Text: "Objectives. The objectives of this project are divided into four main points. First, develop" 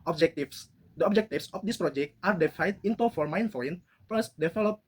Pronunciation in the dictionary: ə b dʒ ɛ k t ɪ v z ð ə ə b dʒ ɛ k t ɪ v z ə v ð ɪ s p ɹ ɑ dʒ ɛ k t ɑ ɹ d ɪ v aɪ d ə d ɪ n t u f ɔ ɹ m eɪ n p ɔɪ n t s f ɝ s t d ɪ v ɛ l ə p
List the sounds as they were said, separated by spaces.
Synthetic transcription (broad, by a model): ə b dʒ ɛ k t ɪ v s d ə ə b dʒ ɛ k t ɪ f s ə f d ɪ s p ɹ ɑ dʒ ɛ k t ɑ ɹ d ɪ f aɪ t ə n t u f ɔ ɹ m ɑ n f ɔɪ n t f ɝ s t d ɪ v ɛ l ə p